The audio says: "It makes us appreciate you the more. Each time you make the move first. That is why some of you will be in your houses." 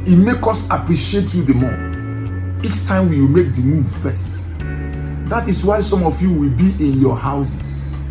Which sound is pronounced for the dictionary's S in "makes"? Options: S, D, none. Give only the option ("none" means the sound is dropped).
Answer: none